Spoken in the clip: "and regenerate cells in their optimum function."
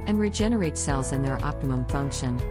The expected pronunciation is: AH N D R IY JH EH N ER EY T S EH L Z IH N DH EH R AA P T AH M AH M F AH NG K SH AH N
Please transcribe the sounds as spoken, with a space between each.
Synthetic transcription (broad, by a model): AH N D R IY JH EH N ER EY T S EH L Z IH N DH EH R AA P T AH M AH M F AH NG K SH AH N